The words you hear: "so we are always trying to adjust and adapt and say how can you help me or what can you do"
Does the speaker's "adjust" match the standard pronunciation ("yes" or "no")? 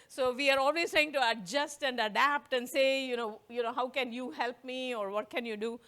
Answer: yes